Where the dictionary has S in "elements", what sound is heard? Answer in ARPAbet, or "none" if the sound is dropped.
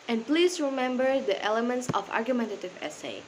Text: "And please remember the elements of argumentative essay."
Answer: S